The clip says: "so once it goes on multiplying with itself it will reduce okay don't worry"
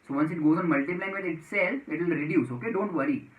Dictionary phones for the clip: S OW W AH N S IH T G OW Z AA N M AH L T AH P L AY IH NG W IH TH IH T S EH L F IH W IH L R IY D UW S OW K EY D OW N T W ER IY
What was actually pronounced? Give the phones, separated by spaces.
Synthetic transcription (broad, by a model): S OW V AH N S IH T G OW Z AA N M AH L T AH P L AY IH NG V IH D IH T S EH L IH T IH L R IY D UW S OW K EY D OW N T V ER IY